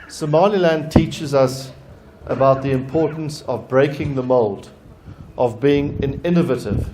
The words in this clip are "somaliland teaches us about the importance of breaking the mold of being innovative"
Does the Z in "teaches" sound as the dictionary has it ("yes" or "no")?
yes